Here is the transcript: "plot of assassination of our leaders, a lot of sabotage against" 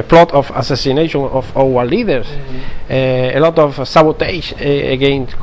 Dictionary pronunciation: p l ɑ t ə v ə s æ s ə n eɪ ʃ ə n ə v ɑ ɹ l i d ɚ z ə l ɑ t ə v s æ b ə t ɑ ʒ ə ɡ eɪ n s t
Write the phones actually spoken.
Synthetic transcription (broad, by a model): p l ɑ t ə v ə s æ s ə n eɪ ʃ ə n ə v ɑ w l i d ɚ s ə l ɑ t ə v s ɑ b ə t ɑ s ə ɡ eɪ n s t